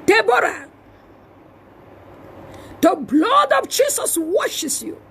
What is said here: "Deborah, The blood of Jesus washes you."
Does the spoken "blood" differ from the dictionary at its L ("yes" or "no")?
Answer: no